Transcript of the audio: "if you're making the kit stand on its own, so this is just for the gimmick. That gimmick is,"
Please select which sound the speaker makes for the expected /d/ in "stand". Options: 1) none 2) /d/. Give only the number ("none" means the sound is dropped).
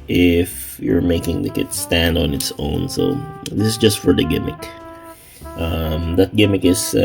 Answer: 2